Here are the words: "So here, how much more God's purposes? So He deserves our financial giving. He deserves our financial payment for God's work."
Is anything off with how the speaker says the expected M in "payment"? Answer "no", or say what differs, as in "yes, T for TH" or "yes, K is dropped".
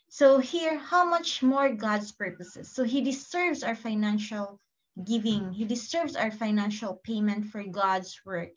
no